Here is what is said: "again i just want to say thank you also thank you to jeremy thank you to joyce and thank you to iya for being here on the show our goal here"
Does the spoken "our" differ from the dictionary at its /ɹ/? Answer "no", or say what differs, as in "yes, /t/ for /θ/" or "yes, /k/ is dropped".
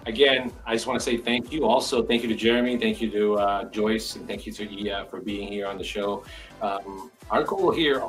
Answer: no